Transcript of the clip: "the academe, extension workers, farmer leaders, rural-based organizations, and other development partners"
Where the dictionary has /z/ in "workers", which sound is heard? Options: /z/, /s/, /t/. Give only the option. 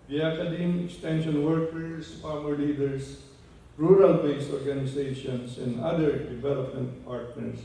/s/